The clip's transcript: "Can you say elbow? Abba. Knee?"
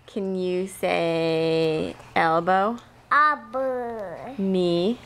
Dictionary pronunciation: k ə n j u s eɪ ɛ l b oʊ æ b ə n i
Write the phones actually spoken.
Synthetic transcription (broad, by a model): k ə n j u s eɪ ɛ l b oʊ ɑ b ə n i